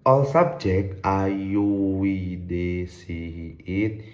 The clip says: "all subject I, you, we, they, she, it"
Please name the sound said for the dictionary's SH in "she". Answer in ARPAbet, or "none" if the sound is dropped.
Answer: S